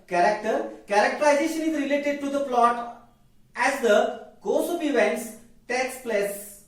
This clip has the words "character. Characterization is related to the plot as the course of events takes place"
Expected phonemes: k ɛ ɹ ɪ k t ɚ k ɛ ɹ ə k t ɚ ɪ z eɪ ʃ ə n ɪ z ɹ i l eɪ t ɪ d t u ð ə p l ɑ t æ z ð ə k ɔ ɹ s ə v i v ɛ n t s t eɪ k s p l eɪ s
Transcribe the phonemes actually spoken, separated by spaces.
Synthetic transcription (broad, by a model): k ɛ ɹ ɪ k t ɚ k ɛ ɹ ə k t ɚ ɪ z eɪ ʃ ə n ɪ z ɹ i l eɪ t ɪ d t u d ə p l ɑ t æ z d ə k ɔ s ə p i v ɛ n t s t eɪ k s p l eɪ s